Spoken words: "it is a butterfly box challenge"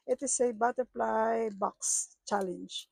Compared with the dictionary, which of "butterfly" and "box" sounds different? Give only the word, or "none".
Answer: butterfly